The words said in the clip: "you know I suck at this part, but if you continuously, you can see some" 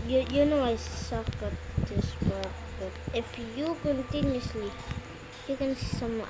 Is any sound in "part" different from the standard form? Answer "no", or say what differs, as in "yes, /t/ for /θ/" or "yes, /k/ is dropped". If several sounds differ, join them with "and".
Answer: yes, /b/ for /p/